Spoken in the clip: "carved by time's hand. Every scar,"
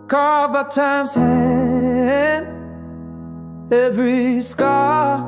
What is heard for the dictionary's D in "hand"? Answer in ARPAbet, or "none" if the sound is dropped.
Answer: none